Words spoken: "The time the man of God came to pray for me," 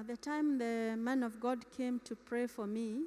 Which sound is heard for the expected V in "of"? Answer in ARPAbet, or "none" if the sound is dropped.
V